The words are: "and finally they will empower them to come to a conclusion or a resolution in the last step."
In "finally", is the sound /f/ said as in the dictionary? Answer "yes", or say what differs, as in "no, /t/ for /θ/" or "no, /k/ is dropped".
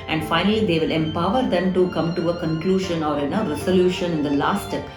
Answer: yes